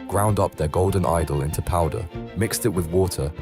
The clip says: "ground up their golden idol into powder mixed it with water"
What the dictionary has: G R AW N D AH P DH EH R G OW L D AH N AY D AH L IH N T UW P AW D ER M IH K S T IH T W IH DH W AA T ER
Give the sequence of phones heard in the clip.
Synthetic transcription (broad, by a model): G R AW N D AH P DH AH G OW L D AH N AY D AH L IH N T UW P AW D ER M IH K S T IH T W IH DH W AA T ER